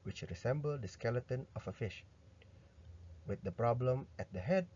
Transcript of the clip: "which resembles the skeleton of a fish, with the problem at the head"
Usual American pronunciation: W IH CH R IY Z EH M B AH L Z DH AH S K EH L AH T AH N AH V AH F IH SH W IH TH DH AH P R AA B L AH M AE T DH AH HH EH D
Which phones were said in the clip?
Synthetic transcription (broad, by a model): W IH CH R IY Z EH M B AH L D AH S K EH L AH T AH N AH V AH F IH SH W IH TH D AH P R AA B L AH M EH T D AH HH EH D